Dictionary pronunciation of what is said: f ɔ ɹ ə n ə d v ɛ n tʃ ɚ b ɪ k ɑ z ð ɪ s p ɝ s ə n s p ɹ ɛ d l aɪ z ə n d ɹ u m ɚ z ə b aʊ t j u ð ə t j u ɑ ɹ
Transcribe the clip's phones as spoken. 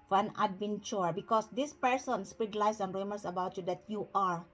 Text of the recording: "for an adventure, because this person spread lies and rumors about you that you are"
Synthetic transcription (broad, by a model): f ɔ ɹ ə n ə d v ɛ n tʃ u b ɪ k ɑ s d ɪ s p ɝ s ə n s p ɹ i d l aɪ s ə n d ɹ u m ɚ s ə b aʊ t j u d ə t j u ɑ ɹ